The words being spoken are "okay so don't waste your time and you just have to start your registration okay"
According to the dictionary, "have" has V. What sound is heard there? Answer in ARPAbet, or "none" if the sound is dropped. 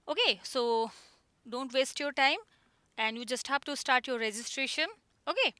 P